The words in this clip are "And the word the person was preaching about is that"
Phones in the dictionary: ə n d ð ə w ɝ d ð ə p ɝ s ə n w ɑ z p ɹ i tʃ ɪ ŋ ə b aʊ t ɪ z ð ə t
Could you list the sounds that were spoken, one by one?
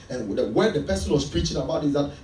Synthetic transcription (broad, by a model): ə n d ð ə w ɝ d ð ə p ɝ s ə n w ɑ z p ɹ i tʃ ɪ ŋ ə b aʊ t ɪ z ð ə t